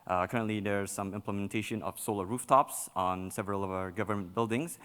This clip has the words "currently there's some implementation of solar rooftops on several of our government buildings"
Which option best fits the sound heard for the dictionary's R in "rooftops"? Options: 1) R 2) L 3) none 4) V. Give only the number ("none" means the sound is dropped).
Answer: 1